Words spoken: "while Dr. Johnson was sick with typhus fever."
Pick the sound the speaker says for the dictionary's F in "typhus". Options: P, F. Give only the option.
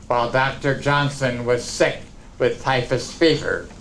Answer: F